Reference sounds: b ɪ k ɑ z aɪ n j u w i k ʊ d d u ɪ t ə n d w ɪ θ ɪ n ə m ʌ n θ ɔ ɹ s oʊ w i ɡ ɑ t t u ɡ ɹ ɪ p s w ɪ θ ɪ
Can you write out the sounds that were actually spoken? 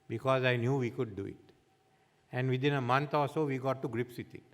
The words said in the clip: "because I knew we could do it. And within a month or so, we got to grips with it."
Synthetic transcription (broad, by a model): b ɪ k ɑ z aɪ n j u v i k ʊ d d u ɪ t ə n d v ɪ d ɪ n ə m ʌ n t ɔ l s oʊ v i ɡ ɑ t t u ɡ ɹ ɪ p s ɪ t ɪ